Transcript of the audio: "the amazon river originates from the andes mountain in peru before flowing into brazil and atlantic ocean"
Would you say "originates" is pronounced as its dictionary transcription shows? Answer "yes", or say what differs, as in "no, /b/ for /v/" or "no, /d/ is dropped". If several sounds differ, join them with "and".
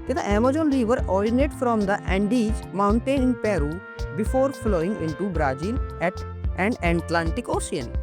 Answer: no, /s/ is dropped